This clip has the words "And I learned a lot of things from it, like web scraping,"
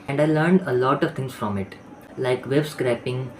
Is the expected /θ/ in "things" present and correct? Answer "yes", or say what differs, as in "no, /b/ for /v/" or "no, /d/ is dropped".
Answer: no, /t/ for /θ/